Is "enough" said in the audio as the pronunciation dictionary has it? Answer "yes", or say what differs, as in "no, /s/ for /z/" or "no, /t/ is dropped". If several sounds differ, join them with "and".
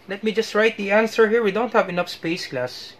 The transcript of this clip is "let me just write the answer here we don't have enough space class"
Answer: yes